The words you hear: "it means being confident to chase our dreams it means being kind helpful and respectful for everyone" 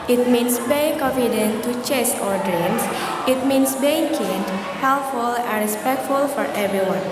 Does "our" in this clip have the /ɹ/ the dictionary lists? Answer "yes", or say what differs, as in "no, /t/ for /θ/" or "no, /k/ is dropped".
yes